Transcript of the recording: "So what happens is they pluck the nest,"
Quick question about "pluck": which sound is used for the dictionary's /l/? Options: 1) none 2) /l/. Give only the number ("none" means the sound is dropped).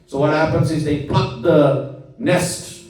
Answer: 1